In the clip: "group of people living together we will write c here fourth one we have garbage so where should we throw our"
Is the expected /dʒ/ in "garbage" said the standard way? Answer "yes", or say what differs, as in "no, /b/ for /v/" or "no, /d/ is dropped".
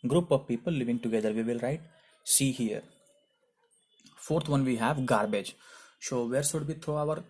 yes